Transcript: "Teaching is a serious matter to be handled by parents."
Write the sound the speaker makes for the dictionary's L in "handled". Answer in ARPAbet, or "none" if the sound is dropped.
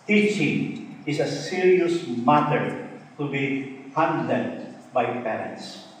N